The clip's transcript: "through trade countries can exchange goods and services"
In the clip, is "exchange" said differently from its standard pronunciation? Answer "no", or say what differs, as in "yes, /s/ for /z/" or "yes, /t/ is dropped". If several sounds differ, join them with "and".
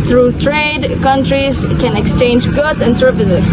no